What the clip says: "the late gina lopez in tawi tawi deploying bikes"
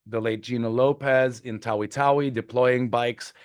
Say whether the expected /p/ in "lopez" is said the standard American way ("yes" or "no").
yes